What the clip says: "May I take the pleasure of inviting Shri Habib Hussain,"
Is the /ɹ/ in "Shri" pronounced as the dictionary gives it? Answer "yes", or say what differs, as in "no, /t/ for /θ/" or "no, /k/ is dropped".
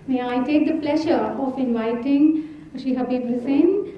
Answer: no, /ɹ/ is dropped